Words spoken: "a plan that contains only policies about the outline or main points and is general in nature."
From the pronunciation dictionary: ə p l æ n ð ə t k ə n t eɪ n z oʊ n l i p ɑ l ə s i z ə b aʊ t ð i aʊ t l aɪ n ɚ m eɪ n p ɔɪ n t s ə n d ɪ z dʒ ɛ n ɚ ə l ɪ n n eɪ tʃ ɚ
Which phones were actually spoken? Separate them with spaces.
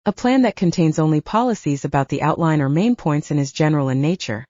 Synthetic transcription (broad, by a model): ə p l æ n ð ə t k ə n t eɪ n z oʊ n l i p ɑ l ə s i z ə b aʊ t ð i aʊ t l aɪ n ɚ m eɪ n p ɔɪ n t s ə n ɪ z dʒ ɛ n ɚ l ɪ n n eɪ tʃ ɚ